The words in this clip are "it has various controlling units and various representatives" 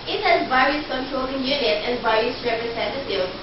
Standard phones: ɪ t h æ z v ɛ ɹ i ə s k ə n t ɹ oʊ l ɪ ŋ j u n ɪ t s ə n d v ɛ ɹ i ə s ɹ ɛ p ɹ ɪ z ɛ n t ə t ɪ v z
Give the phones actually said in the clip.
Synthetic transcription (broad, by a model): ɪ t h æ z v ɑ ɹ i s k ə n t ɹ oʊ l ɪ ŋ j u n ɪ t ə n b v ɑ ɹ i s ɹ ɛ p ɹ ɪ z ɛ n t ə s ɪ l